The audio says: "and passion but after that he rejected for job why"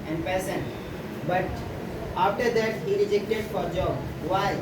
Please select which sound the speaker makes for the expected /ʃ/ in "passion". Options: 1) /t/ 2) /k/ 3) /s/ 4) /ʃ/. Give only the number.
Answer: 3